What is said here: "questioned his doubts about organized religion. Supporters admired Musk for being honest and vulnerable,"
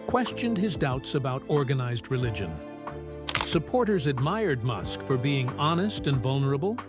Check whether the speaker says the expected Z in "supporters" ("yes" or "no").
yes